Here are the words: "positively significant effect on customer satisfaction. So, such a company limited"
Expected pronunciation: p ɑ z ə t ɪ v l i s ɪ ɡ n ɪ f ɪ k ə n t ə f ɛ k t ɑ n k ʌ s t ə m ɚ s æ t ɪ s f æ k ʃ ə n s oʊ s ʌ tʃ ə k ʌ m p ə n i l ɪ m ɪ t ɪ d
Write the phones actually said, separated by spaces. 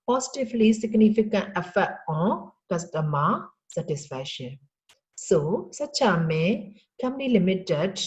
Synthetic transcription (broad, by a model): p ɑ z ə t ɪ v l i s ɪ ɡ n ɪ f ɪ k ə n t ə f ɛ t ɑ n k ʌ s t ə m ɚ s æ t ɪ s f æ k ʃ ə n s oʊ s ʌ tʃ ə k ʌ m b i l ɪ m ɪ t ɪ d